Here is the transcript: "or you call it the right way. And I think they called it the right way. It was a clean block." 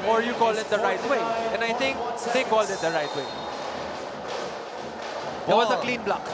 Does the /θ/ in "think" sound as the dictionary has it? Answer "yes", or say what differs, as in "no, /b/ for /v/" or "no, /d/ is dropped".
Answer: no, /t/ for /θ/